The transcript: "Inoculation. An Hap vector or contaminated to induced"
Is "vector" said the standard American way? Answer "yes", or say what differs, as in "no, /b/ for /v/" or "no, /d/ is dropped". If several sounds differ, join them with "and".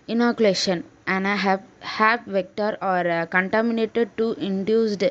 yes